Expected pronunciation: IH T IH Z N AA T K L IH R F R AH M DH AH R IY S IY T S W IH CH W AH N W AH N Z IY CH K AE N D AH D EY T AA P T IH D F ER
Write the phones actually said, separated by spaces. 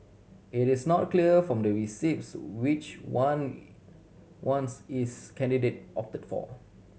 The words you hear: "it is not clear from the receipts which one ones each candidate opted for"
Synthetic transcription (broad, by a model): IH T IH S N AA T K L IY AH F R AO M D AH R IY S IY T S W IH CH W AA N W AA N S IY S K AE N D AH D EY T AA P T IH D F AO